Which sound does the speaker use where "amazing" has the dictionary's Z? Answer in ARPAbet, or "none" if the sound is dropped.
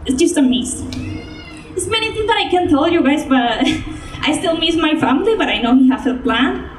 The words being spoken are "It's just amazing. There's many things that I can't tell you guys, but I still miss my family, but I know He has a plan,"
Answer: S